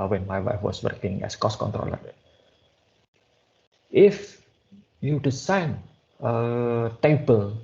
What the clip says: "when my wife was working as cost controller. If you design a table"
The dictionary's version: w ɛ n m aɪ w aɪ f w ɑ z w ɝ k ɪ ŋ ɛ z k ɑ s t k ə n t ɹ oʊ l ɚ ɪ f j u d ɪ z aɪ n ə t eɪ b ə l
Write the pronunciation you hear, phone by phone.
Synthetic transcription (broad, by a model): w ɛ n m aɪ w aɪ f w ɑ s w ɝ k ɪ ŋ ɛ s k ɑ s k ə n t ɹ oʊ l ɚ ɪ f j u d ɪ s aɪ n ə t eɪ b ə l